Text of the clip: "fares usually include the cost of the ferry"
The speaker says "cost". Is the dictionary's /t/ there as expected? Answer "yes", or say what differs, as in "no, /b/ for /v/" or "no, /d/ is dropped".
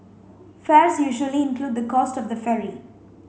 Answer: yes